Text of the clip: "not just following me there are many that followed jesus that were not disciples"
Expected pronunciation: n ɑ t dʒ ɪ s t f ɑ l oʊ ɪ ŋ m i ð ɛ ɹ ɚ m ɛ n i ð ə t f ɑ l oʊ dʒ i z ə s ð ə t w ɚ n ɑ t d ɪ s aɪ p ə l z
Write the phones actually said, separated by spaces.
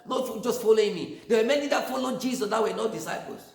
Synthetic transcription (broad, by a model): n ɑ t dʒ ɪ s t f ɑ l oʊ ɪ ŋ m i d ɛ w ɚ m ɛ n i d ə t f ɑ l oʊ dʒ i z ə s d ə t w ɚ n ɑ d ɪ s aɪ p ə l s